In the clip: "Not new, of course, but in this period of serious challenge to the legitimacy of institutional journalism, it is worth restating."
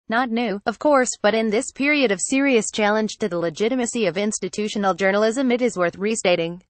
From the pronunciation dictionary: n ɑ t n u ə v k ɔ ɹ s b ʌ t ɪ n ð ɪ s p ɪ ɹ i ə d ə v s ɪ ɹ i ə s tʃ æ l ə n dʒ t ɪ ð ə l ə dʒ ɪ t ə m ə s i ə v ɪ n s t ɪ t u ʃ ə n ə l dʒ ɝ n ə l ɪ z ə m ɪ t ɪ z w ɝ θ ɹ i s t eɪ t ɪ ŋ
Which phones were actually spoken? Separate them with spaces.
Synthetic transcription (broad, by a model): n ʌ t n u ə v k ɔ ɹ s b ʌ t ɪ n ð ɪ s p ɪ ɹ i ə d ə v s ɪ ɹ i ə s tʃ æ l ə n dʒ t ɪ ð ə l ə dʒ ɪ t ə m ə s i ə v ɪ n s t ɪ t u ʃ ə n l dʒ ɝ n l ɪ z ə m ɪ t ɪ z w ɝ θ ɹ i s t eɪ t ɪ ŋ